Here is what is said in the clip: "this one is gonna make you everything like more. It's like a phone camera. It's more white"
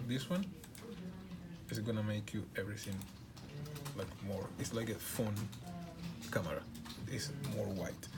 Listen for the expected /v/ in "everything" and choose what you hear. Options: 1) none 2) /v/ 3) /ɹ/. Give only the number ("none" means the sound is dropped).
2